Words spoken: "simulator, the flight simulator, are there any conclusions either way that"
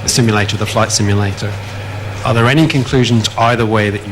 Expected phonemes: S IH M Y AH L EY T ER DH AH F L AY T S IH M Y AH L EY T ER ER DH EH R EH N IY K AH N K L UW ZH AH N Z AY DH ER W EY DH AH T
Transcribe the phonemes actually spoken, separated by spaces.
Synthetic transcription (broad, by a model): S IH M Y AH L EY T ER DH AH F L AY T S IH M Y AH L EY T ER ER DH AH R EH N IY K AH N K L UW ZH AH N Z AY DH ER W EY DH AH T